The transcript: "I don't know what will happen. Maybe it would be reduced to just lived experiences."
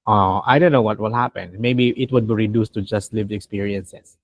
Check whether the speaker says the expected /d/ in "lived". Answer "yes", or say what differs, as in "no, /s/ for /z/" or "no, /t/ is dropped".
no, /d/ is dropped